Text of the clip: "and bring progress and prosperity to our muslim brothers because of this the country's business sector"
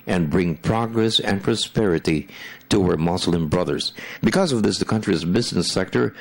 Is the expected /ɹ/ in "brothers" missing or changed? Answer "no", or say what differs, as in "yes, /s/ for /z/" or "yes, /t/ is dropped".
no